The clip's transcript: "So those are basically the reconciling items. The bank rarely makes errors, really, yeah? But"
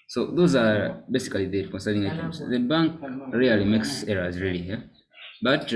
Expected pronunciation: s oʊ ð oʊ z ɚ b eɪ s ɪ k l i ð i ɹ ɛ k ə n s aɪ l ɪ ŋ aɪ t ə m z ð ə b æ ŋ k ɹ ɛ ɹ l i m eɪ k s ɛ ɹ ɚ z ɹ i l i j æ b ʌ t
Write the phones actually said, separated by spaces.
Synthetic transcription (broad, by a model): s oʊ ð oʊ z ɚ b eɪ s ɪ k i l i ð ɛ k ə n s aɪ n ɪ ŋ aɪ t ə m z ð ə b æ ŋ k ɹ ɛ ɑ l i m eɪ k s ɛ ɹ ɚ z ɹ i l i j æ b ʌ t